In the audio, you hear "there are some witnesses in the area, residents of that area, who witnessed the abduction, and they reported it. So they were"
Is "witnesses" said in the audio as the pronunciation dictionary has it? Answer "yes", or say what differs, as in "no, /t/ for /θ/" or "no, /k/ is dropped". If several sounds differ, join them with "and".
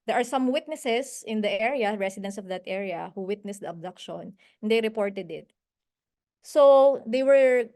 no, /s/ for /z/